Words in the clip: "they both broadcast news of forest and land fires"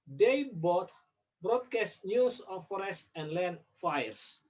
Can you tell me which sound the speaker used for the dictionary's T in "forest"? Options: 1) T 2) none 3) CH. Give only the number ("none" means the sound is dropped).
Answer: 1